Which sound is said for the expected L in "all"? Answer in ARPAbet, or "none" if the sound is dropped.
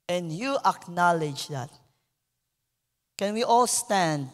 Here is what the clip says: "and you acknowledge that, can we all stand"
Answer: L